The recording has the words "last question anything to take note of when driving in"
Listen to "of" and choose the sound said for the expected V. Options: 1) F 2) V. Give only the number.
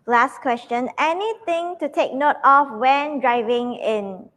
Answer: 1